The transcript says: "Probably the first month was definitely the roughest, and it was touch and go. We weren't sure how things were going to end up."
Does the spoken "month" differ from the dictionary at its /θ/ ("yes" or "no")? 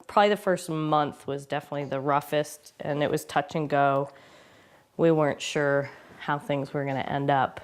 no